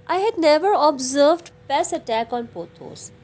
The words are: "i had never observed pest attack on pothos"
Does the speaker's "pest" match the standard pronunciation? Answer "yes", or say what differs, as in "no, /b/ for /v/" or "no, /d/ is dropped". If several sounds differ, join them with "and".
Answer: no, /t/ is dropped